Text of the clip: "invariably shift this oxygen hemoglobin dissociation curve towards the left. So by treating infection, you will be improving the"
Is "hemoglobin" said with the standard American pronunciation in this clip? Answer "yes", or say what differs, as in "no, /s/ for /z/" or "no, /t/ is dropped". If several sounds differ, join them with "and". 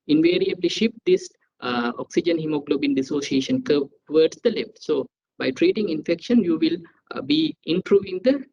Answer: yes